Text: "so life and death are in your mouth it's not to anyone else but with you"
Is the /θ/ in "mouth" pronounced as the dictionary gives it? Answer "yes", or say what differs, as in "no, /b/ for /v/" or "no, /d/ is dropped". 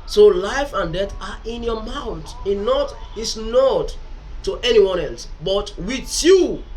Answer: no, /t/ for /θ/